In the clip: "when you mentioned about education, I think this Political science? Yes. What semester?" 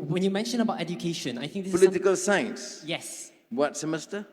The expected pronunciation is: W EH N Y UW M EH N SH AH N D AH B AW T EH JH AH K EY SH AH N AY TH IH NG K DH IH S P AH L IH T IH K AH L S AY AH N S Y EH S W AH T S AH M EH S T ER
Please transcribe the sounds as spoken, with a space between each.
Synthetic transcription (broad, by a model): W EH N Y UW M EH N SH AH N AH B AW T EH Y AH K EY SH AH N AY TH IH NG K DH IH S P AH L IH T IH K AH L S AY AH N S Y EH S W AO T S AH M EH S T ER